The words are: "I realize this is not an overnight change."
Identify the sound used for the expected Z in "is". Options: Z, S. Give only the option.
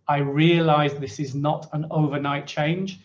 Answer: Z